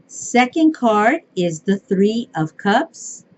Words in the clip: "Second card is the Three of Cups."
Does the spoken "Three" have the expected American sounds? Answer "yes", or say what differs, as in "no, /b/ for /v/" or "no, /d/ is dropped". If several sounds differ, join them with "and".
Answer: yes